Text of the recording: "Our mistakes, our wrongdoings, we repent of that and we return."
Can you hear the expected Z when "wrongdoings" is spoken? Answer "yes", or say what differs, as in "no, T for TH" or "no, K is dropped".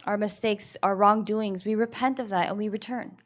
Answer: yes